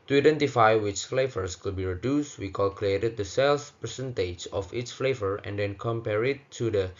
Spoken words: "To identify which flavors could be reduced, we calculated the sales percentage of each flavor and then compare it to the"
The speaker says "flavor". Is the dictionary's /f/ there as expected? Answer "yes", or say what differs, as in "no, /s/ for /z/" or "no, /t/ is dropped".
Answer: yes